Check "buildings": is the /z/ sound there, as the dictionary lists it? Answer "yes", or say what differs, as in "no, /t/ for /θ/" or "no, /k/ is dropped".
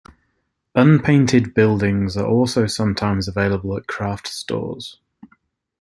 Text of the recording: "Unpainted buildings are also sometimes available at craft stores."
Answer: yes